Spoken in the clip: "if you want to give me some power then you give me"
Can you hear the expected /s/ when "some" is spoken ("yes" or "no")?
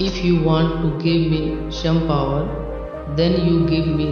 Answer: no